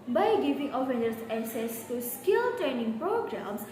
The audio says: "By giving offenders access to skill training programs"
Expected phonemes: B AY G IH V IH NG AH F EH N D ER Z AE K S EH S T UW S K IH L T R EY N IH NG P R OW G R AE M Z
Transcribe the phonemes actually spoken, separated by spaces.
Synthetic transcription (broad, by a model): B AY G IH V IH NG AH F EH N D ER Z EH S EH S T UW S K IH L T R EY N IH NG P R OW G R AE M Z